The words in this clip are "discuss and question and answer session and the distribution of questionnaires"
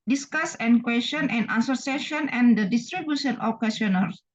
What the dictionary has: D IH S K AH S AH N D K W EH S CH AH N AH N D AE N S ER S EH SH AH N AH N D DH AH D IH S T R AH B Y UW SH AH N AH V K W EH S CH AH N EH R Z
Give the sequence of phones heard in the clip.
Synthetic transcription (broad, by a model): D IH S K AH S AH N K W EH S CH AH N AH N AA S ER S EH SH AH N AH N D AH D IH S T R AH B Y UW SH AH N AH F K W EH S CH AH N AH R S